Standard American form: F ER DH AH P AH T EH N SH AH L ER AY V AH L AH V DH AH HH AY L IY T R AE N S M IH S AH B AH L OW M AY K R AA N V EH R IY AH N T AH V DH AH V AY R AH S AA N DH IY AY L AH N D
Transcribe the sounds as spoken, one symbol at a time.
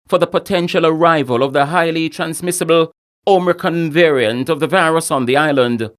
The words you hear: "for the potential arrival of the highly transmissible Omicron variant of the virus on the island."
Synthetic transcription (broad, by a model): F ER DH AH P AH T EH N SH AH L ER AY V AH L AH V DH AH HH AY L IY T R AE N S M IH S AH B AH L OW M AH K AH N V EH R IY AH N T AH V DH AH V AY R AH S N DH IY AY L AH N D